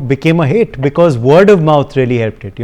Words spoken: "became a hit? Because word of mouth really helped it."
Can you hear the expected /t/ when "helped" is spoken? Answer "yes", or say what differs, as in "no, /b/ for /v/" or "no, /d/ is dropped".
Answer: yes